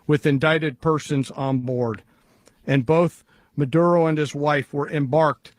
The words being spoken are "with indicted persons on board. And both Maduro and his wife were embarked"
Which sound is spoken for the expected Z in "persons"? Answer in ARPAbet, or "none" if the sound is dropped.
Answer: Z